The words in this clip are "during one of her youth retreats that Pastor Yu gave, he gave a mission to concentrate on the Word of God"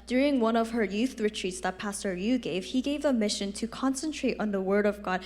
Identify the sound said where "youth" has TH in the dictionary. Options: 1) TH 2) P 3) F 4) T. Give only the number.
1